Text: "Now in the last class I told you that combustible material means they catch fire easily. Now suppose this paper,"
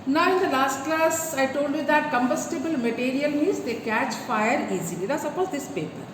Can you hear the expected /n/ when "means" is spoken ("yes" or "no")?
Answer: no